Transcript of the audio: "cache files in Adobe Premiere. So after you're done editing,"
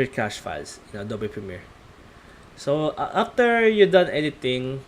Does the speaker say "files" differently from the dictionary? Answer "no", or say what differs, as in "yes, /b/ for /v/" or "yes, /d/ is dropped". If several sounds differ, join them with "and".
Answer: yes, /s/ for /z/